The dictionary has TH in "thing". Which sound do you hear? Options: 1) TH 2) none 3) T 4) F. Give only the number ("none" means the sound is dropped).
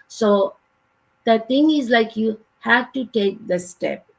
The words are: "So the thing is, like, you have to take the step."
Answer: 3